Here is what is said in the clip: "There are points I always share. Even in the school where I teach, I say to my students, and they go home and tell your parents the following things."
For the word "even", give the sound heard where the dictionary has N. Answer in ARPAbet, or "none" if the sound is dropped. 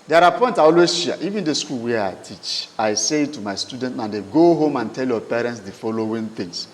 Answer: N